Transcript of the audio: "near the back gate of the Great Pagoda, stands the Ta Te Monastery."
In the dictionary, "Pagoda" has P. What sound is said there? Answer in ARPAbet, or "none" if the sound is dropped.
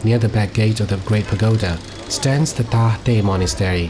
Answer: P